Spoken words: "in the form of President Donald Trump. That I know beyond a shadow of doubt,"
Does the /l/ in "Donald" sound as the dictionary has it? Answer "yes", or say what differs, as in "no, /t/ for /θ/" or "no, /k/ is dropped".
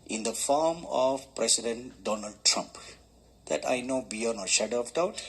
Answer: yes